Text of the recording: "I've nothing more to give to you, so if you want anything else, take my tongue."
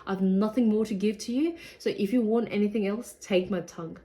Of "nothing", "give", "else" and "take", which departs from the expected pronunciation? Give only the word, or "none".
none